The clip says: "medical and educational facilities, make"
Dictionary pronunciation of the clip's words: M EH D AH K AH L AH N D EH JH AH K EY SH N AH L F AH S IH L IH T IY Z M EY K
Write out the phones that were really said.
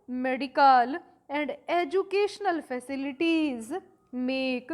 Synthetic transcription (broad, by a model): M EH D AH K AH L AH N D EH JH AH K EY SH N AH L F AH S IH L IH T IY Z M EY K